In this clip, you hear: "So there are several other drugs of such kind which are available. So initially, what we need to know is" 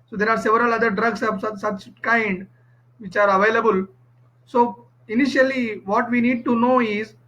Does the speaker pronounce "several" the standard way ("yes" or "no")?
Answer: yes